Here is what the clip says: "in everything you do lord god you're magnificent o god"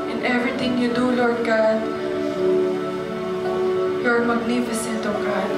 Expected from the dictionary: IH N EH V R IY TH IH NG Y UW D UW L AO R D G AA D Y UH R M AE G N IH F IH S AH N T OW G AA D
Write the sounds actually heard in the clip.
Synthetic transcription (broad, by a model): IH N EH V R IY T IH NG Y UW D UW L AO R D G AA D Y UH R M AE G N IH F IH S AH N T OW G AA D